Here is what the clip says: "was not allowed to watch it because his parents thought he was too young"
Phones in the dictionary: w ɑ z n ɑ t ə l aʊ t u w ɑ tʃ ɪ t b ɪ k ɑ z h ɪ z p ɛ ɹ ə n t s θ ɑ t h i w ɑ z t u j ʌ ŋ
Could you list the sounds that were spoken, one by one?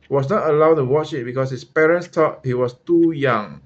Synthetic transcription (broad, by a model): w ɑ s n ɑ t ə l aʊ t u w ɑ tʃ ɪ t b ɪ k ɑ s h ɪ s p ɛ ɹ ə n t s t ɑ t h i w ɑ s t u j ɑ ŋ